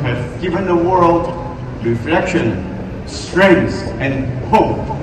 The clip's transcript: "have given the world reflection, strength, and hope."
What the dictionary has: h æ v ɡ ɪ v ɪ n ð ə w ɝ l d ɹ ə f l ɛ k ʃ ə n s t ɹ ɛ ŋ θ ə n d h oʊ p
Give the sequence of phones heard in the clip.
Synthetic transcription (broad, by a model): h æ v ɡ ɪ v ɪ n ð ə w ɝ l d ɹ ə f l ɛ k ʃ ə n s t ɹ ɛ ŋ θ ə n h oʊ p